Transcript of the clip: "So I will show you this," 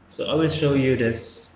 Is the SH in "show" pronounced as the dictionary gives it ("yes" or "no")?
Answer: yes